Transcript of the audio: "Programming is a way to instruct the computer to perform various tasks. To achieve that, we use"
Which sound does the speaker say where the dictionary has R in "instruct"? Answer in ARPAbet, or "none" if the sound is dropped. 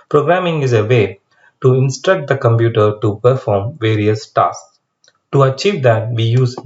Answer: R